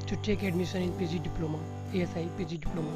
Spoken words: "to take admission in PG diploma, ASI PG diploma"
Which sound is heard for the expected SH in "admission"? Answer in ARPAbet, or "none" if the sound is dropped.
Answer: S